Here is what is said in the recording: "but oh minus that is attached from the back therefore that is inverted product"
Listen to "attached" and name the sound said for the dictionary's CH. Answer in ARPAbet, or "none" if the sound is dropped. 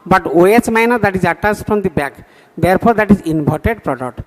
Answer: S